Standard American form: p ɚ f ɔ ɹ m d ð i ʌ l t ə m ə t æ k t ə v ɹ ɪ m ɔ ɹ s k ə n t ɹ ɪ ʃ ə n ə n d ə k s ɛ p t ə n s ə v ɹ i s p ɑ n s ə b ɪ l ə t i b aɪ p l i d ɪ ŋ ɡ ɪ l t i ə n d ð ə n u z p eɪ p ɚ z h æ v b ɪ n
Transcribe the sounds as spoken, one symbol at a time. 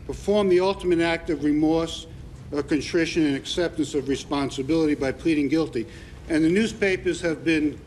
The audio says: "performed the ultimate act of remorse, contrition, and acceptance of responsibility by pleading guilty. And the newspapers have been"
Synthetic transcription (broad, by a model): p ɚ f ɔ ɹ m ð i ʌ l t ə m ə t æ k t ə v ɹ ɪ m ɔ ɹ s k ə n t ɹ ɪ ʃ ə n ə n ə k s ɛ p t ə n s ə v ɹ i s p ɑ n s ə b ɪ l ə t i b aɪ p l i d ɪ ŋ ɡ ɪ l t i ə n ð ə n u z p eɪ p ɚ z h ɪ v b ɪ n